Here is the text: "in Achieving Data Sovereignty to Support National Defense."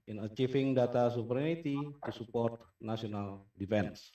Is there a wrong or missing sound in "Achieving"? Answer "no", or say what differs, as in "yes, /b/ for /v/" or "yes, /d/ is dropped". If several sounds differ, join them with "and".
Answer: yes, /f/ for /v/